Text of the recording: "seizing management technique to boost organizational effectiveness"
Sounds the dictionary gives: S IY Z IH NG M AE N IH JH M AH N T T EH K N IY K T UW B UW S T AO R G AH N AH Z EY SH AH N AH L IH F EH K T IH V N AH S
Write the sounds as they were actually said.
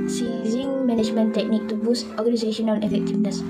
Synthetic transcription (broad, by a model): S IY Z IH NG M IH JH M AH N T T EH K N IY K T UW B UW S T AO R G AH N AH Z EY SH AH N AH N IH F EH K T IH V N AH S